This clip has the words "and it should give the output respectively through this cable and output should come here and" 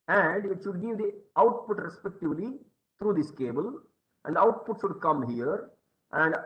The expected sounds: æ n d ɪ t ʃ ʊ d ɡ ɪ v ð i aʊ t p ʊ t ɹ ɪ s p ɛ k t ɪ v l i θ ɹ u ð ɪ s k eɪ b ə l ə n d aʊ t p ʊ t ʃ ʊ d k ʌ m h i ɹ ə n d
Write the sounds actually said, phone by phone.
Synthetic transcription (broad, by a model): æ n d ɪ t ʃ ʊ d ɡ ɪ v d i aʊ t p ʊ t ɹ ɪ s p ɛ k t ɪ v l i t ɹ u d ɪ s k eɪ b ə l ə n d aʊ t p ʊ t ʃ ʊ d k ʌ m h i ɹ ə n d